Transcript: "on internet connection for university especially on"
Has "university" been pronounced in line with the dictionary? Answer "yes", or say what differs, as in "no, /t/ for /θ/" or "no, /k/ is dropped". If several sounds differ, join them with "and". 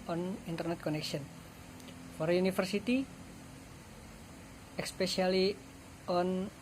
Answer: no, /f/ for /v/